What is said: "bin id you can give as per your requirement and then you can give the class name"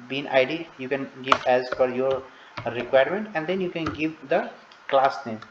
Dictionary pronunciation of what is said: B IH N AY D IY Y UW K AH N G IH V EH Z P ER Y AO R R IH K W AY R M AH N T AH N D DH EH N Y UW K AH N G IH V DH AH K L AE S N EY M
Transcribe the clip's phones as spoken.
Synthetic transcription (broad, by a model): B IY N AY D IY Y UW K AH N G IH V EH Z F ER Y AO R R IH K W AY R M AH N T AH N D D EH N Y UW K AH N G IH V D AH K L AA S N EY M